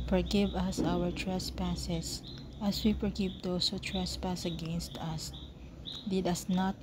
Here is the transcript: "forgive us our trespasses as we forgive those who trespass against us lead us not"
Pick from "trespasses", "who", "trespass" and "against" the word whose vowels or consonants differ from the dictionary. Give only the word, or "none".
trespasses